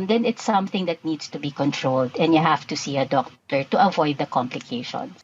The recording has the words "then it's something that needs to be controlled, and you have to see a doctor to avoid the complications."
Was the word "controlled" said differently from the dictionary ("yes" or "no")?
no